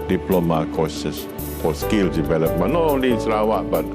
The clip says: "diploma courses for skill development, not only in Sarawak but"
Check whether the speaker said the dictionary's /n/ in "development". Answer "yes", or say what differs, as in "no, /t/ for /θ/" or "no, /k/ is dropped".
no, /n/ is dropped